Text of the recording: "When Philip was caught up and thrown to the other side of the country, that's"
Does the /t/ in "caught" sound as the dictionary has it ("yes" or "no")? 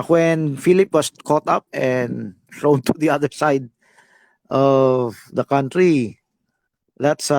yes